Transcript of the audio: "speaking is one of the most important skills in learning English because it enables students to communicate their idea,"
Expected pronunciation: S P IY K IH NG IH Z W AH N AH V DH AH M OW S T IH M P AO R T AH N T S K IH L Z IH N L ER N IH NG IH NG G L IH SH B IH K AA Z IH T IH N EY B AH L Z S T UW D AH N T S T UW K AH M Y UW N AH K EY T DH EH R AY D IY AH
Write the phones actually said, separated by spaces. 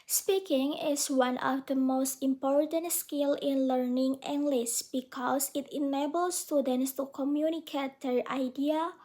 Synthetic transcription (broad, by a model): S P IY K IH NG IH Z W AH N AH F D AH M OW S T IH M P AO R T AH N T S K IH L IH N L ER N IH NG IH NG G L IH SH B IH K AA S IH T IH N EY B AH L S T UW D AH N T S T UW K AH M Y UW N AH K EY T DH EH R AY D IY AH